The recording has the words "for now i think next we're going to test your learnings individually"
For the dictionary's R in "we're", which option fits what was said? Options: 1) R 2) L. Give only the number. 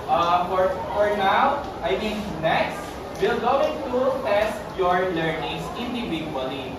2